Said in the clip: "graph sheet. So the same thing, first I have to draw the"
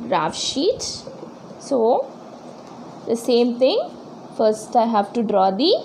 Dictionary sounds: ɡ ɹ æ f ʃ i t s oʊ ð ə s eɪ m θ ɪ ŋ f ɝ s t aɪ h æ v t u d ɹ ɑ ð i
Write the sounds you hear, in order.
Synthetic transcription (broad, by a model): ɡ ɹ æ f ʃ i t s oʊ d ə s eɪ m t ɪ ŋ f ɝ s t aɪ h æ v t u d ɹ ɑ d i